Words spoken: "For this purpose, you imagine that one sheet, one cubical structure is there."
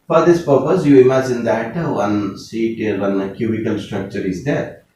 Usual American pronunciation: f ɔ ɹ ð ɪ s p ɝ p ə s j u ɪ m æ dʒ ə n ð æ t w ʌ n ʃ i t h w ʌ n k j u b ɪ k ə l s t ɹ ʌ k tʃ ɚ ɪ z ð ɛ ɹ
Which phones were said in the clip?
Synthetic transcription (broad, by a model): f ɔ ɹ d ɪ s p ɝ p ə s j u ɪ m æ dʒ ə n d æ t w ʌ n s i t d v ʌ n k j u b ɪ k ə l s t ɹ ʌ k tʃ ɚ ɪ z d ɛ ɹ